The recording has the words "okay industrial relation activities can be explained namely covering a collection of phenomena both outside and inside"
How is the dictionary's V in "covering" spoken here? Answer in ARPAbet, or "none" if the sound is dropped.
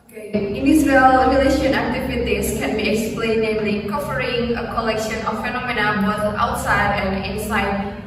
F